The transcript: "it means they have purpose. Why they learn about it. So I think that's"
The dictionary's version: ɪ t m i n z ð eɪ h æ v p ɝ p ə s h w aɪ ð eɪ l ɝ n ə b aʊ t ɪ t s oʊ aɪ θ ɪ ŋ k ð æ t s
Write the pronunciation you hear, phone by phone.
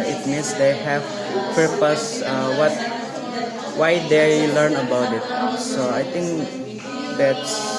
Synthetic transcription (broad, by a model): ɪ t m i n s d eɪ h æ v p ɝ p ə s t w aɪ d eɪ l ɝ n ə b aʊ t ɪ t s oʊ aɪ t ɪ ŋ k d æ t s